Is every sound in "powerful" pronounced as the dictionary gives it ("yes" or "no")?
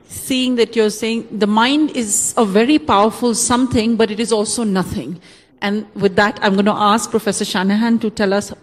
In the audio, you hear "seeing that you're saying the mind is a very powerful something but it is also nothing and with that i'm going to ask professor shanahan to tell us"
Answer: yes